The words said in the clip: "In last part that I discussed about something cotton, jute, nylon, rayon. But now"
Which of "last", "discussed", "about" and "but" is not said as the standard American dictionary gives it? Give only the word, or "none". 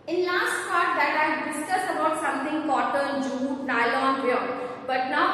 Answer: discussed